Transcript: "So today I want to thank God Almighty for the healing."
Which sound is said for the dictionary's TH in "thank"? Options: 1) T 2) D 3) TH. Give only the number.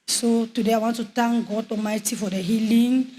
1